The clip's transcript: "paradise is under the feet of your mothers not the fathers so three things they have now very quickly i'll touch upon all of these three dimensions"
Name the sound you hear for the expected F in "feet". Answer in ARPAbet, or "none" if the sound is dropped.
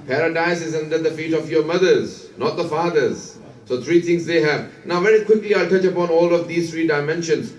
F